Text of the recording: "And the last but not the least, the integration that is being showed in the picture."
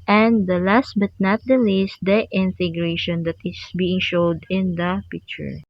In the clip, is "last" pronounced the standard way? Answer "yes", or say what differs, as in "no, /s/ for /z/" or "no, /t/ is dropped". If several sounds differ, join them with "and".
yes